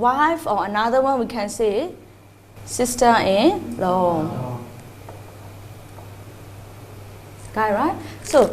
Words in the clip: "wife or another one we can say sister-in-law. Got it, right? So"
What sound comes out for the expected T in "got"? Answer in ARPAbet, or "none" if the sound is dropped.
none